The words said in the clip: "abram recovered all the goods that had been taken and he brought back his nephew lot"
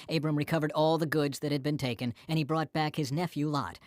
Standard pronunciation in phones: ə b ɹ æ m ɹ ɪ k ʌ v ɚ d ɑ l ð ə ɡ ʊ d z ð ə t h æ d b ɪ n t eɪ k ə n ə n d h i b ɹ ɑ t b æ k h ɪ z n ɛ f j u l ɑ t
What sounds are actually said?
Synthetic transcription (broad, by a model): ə b ɹ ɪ m ɹ ɪ k ʌ v ɚ d ɑ l ð ə ɡ ʊ d z ð ə t h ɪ d b ɪ n t eɪ k ə n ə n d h i b ɹ ɑ t b æ k h ɪ z n ɛ f j u l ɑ t